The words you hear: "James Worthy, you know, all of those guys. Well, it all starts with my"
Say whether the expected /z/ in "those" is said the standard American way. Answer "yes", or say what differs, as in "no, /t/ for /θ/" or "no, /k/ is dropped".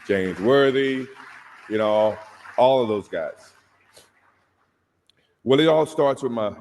yes